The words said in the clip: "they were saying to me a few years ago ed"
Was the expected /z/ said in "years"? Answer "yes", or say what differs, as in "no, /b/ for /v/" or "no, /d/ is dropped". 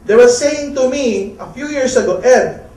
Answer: no, /s/ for /z/